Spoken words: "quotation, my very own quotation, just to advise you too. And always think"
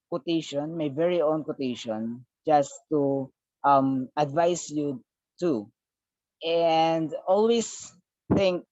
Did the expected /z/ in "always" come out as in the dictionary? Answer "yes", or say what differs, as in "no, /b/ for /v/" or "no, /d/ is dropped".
no, /s/ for /z/